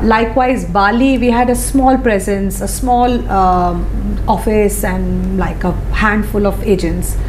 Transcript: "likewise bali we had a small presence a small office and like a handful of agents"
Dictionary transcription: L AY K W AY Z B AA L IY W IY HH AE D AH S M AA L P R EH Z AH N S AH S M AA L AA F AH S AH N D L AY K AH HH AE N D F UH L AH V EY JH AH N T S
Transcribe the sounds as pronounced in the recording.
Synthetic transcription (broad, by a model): L AY K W AY Z B AA L IY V IY HH AE D AH S M AA L P R EH Z AH N S AH S M AA L AA F AH S AH N D L AY K AH HH AE N D F UH L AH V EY JH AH N T S